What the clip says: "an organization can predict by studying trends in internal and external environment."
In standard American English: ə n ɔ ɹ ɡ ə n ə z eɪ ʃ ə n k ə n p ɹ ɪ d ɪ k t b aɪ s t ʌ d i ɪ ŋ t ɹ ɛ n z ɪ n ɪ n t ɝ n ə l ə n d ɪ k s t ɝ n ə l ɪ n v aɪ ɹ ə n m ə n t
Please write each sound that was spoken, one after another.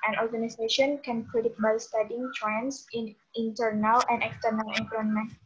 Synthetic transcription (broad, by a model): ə n ɔ ɹ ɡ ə n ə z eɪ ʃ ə n k ə n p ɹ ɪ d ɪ t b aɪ s t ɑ d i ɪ ŋ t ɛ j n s ɪ n t ɝ n ə l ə n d ɪ k s t ɝ n ə l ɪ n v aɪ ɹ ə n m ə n